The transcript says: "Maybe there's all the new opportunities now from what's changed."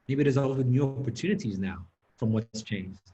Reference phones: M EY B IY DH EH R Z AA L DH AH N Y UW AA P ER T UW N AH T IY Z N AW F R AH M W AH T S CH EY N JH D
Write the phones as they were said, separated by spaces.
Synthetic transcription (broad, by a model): M EY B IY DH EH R Z AA L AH N Y UW AA P ER T UW N AH T IY Z N AW F R AH M W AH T S CH EY N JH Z